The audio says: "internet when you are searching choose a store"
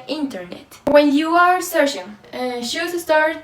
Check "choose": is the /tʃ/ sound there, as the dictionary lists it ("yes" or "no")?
no